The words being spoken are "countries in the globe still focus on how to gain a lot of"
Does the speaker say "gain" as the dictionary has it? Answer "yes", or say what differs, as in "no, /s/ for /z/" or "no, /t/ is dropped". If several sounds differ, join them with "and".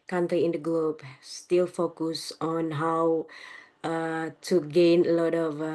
yes